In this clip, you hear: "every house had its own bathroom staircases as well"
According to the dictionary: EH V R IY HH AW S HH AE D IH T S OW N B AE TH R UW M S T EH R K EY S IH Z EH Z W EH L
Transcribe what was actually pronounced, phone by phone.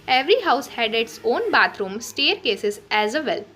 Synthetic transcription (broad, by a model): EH V R IY HH AW S HH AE D IH T S OW N B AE T R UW M S T EH R K EY S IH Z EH Z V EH L